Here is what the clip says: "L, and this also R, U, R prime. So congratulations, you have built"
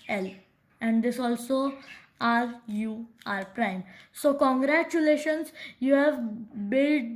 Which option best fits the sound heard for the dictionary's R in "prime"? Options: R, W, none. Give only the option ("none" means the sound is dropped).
R